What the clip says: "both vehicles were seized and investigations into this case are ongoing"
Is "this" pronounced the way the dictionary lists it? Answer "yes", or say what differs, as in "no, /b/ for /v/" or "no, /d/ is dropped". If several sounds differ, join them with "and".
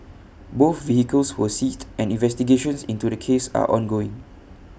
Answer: no, /s/ is dropped